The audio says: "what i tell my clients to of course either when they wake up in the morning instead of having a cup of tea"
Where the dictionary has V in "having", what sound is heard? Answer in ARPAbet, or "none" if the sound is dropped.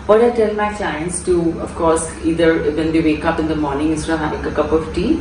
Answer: none